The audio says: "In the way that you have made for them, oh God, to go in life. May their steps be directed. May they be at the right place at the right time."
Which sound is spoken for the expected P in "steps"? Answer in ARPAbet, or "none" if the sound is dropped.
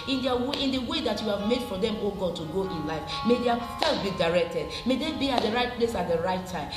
none